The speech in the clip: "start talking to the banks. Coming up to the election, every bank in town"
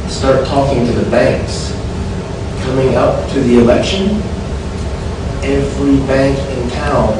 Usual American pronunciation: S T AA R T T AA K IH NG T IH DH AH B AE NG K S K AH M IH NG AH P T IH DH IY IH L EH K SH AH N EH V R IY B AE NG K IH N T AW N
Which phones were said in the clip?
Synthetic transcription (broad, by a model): S T AA R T T AA K IH NG T IH DH AH B AE NG K S K AH M IH NG AH P T IH DH IY IH L EH K SH AH N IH F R IY B AE NG K IH N T AW N